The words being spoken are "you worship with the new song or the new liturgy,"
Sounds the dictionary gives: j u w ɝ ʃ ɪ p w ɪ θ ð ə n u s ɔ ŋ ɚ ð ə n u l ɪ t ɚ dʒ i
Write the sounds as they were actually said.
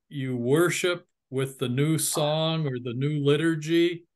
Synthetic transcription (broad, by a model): j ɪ w ɝ ʃ ɪ p w ɪ ð ə n u s ɔ ŋ ɚ ð ə n u l ɪ t ɚ dʒ i